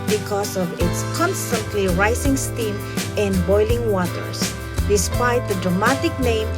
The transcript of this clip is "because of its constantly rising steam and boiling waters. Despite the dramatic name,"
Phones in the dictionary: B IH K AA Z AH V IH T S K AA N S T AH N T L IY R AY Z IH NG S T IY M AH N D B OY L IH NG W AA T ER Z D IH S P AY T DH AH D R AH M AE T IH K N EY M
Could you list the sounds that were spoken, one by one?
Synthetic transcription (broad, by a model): B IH K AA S AH V IH T S K AA N S T AH N T L IY R AY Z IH NG S T IY M AH N D B OY L IH NG W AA T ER S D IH S P AY T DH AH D R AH M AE T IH K N EY M